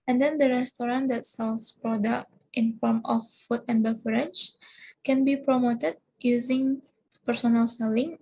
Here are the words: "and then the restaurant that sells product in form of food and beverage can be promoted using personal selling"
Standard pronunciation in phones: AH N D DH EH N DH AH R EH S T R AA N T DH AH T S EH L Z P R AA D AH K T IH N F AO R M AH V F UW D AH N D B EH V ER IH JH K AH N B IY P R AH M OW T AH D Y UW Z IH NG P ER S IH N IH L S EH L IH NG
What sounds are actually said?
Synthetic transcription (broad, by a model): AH N D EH N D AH R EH S T R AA N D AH T S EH L S P R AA D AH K T IH N F AO R M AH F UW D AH N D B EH F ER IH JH K AH N B IY P R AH M OW T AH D Y UW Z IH NG P ER S IH N IH L S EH L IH NG